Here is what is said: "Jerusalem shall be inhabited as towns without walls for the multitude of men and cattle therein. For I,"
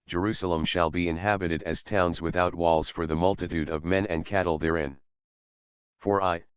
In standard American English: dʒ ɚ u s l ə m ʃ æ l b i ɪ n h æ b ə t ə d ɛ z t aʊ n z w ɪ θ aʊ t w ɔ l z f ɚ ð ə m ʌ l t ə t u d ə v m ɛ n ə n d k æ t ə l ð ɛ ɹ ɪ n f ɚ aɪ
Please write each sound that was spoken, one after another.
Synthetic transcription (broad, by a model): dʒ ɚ u s l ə m ʃ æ l b i ɪ n h æ b ə t ə d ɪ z t aʊ n z w ɪ θ aʊ t w ɔ l z f ɚ ð ə m ʌ l t ə t u d ə v m ɛ n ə n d k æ t l ð ɛ ɹ ɪ n f ɚ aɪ